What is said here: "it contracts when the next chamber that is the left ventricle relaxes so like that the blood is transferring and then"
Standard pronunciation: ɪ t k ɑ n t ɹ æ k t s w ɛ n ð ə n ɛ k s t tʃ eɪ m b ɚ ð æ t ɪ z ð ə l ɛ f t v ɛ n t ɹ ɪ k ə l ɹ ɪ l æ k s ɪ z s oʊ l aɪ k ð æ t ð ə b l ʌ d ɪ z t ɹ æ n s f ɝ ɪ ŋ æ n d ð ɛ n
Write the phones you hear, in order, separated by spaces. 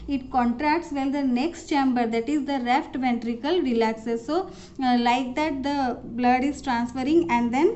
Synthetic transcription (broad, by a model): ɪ t k ɑ n t ɹ æ k t s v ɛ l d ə n ɛ k s t tʃ eɪ m b ɚ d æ t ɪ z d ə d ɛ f t v ɛ n t ɹ ɪ k ə l ɹ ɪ l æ k s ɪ s oʊ l aɪ k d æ t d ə b l ʌ d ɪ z t ɹ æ n s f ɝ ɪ ŋ æ n d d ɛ n